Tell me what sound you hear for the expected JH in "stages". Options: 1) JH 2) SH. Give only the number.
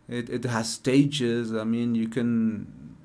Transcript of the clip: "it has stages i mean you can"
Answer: 1